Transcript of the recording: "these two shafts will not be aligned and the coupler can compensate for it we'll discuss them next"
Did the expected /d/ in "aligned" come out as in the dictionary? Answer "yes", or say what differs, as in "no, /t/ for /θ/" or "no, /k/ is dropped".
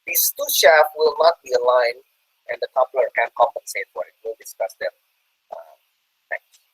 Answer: no, /d/ is dropped